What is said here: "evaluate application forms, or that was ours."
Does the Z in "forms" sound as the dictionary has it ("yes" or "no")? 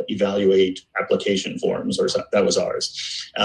yes